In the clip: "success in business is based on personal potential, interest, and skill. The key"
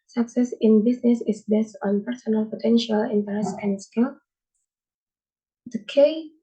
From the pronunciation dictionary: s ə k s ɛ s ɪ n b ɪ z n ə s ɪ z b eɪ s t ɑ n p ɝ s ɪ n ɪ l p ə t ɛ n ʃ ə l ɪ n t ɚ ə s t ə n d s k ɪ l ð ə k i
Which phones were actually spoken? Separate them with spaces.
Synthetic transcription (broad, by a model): s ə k s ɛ s ɪ n b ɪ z n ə s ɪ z b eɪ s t ɑ n p ɝ s ɪ n ɪ l p ə t ɛ n ʃ ə l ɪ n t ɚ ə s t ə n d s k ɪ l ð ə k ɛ